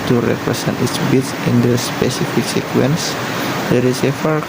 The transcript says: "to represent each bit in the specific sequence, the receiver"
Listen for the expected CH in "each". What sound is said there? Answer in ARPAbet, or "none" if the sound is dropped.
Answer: S